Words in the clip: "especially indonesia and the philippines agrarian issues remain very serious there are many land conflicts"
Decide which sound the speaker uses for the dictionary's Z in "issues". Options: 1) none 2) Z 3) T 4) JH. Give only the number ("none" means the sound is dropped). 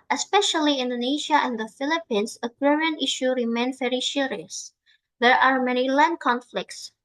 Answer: 1